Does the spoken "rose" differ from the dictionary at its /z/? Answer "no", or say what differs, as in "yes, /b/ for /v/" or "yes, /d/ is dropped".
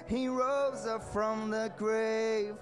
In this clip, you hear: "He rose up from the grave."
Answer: no